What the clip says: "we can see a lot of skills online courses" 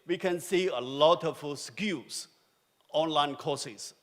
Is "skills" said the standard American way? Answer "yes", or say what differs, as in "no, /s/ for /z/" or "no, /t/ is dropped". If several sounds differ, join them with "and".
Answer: no, /s/ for /z/